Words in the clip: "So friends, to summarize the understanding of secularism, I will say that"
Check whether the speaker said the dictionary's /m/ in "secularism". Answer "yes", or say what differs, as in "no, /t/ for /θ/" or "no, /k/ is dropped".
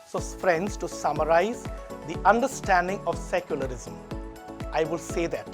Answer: yes